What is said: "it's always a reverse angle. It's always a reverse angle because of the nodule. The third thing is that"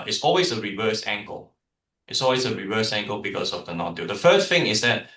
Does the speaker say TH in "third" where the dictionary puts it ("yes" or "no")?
no